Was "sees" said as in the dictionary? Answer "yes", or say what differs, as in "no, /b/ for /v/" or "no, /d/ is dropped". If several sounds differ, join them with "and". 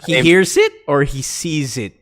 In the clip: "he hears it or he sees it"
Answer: yes